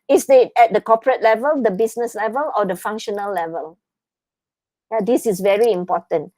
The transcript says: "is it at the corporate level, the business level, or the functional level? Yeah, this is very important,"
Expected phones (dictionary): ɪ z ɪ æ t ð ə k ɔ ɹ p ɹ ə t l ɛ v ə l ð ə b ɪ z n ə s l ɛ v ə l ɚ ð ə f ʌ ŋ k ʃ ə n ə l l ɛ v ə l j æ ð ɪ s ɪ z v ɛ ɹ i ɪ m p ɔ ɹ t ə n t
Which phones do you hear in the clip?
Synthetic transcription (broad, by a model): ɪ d ɪ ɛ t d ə k ɔ p ɹ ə t l ɛ v ə l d ə b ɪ s n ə s l ɛ v ə l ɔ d ə f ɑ ŋ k ʃ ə n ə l l ɛ v ə l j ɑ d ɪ s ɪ s v ɛ ɹ i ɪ m p ɔ t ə n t